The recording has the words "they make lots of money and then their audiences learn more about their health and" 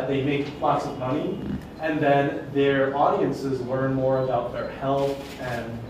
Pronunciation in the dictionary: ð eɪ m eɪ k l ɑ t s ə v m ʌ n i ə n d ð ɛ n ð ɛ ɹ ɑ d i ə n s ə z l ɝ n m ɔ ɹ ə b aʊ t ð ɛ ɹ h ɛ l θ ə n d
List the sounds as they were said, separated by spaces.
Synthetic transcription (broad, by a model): ð eɪ m eɪ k l ɑ t s ə v m ʌ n i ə n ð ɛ n ð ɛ ɹ ɑ d i ə n s ə z l ɝ n m ɔ ɹ ə b aʊ t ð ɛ ɹ h ɛ l θ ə n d